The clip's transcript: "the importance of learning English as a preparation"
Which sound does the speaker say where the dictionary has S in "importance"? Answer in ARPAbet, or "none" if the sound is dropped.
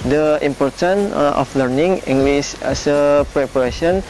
none